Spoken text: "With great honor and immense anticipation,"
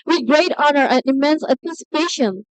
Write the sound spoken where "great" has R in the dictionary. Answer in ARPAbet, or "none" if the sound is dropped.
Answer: R